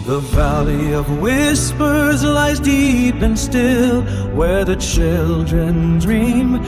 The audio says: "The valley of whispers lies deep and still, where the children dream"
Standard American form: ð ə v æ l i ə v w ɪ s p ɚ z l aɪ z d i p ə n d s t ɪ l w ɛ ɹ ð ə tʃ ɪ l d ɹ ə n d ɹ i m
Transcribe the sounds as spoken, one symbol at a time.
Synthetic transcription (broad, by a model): ð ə v æ l i ə v w ɪ s p ɚ z l aɪ z d i p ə n s t ɪ l w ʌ ɹ ð ə tʃ ɪ l d ɹ ə n d ɹ i m